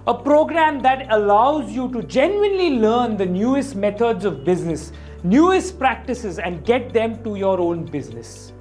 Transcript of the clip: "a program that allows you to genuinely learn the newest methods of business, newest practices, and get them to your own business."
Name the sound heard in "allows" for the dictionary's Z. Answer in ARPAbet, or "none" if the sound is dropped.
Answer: Z